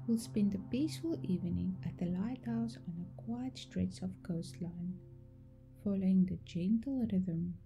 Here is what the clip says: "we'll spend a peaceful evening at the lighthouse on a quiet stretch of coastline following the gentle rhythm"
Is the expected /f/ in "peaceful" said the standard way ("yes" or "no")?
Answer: yes